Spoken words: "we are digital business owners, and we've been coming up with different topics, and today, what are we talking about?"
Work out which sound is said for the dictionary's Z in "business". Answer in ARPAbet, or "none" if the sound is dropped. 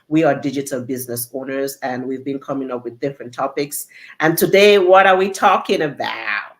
Z